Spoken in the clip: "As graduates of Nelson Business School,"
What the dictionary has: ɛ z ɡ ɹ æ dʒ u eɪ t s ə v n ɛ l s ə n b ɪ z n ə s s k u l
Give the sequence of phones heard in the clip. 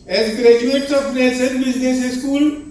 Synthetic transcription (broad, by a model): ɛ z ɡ ɹ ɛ dʒ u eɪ t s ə p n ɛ s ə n b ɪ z n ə s s k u l